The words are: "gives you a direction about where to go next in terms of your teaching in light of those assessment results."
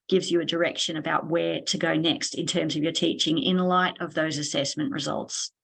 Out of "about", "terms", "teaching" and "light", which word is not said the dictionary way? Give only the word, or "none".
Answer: none